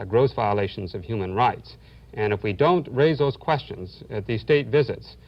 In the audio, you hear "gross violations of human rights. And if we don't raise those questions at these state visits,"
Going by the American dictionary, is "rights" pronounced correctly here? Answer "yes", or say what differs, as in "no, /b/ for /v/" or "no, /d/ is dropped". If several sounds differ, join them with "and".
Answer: yes